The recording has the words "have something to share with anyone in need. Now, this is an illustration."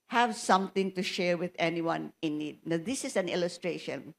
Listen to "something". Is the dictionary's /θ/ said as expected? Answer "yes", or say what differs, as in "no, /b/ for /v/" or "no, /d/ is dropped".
no, /t/ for /θ/